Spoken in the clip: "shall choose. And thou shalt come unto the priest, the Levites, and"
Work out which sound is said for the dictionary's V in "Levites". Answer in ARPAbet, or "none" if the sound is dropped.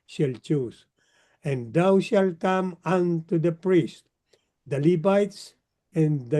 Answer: B